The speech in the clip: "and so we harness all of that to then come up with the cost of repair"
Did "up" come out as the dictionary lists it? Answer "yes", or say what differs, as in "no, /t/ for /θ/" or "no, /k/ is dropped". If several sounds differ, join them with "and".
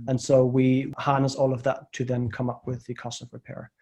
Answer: yes